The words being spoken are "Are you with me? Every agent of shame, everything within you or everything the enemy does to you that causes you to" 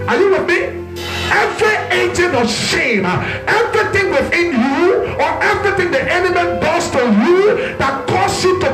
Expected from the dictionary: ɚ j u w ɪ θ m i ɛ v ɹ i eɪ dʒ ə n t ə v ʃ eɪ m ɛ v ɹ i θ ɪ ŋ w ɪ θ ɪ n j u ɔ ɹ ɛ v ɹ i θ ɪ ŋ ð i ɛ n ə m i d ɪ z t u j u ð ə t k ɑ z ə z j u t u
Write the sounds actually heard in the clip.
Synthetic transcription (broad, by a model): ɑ j u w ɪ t m i ɛ v ɹ i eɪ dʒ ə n ə ʃ eɪ m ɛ v ɹ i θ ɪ ŋ w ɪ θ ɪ n j u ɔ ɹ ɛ v ɹ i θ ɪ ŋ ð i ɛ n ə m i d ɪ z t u j u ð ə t k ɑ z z j u t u